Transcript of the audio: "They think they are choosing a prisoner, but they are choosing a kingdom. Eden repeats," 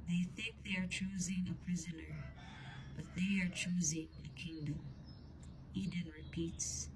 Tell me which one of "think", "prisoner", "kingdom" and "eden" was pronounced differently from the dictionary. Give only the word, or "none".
none